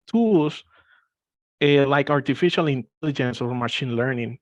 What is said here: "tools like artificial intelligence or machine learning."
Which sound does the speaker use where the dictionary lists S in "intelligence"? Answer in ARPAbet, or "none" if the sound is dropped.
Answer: S